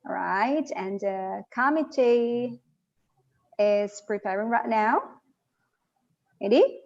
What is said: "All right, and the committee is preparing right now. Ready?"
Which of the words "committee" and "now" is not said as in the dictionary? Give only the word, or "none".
none